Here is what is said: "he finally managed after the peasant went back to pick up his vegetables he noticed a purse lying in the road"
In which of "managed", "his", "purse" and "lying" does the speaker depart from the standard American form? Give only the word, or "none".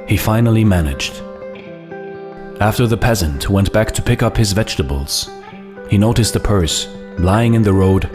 none